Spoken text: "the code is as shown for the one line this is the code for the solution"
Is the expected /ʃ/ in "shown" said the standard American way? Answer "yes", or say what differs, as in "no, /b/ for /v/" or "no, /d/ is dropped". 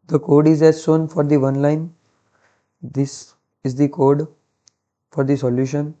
no, /s/ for /ʃ/